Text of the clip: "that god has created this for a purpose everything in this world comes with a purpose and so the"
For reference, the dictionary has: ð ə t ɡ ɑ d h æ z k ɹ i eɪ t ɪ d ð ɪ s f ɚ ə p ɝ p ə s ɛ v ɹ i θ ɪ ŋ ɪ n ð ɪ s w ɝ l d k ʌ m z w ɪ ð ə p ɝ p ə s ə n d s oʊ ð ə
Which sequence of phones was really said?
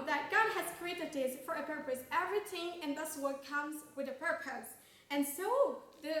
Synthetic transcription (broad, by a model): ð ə t ɡ ɑ d h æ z k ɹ i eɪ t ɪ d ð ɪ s f ɚ ə p ɝ p ə s ɛ v ɹ i θ ɪ ŋ ɪ n ð ɪ s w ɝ d k ʌ m z w ɪ ð ə p ɝ p ə s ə n s oʊ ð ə